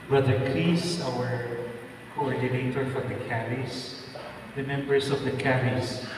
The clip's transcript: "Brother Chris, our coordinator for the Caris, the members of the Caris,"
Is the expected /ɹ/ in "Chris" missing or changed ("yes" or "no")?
yes